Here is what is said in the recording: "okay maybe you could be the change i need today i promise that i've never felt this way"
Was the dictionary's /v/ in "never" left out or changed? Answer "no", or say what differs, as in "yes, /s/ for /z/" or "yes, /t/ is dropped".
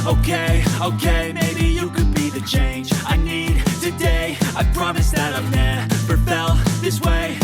yes, /p/ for /v/